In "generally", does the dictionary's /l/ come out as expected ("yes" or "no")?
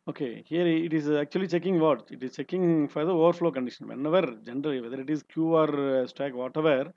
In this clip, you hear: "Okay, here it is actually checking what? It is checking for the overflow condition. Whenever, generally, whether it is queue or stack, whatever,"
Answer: yes